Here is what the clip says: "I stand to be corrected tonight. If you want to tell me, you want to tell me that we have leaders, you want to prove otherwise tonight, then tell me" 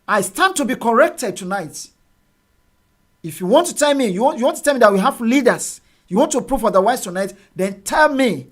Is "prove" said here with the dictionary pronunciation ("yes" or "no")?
no